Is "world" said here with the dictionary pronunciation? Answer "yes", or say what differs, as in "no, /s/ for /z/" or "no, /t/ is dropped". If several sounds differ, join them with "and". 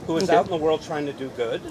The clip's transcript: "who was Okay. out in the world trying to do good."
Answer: yes